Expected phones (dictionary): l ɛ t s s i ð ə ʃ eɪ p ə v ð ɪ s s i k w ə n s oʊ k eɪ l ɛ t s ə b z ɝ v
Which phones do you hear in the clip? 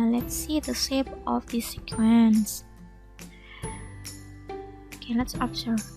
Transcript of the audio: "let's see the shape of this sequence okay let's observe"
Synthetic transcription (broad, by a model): l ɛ t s s i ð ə s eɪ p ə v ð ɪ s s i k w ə n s oʊ k eɪ l ɛ t s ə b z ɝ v